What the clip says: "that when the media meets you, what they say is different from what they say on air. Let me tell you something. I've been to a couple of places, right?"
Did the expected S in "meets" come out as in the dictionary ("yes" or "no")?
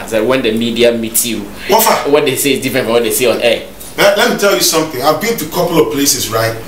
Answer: no